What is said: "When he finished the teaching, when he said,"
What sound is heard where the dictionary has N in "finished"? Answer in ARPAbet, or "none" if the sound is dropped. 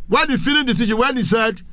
L